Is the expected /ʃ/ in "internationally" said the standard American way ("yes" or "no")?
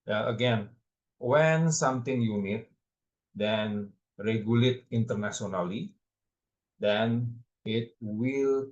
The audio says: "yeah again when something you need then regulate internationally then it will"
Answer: no